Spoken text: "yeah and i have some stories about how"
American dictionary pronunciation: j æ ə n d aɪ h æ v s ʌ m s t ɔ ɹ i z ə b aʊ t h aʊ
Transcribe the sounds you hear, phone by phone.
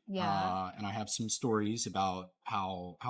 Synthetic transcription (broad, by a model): j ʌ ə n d aɪ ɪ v s ʌ m s t ɔ ɹ i z ə b aʊ t h aʊ